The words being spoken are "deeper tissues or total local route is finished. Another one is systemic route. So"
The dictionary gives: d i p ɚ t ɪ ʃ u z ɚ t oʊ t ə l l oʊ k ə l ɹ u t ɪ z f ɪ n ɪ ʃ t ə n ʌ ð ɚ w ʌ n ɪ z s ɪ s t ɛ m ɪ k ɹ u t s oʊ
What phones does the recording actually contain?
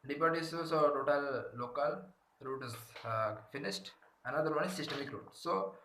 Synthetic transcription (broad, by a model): d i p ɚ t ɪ s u s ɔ t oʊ t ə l l oʊ k ə l ɹ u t ɪ z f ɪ n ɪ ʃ t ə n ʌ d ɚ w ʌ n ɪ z s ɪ s t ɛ m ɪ k ɹ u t s oʊ